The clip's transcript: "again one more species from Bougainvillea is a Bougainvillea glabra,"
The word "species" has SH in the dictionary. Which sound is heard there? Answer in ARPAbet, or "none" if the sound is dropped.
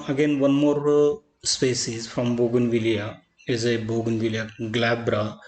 S